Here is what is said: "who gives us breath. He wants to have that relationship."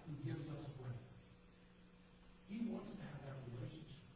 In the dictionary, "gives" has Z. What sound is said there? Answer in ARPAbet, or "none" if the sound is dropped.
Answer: Z